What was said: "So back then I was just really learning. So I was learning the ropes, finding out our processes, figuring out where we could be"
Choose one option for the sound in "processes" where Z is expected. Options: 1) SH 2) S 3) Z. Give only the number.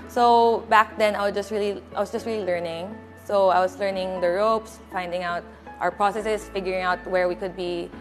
2